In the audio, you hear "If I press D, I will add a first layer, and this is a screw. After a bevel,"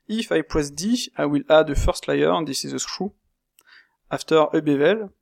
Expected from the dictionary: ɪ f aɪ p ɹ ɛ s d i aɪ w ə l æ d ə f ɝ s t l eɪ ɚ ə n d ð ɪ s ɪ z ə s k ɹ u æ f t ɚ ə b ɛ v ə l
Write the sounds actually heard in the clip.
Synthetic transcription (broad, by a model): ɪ f aɪ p w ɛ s d i aɪ w ə l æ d ə f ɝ s t l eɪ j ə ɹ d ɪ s ɪ z ə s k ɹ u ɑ f t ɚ ə b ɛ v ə l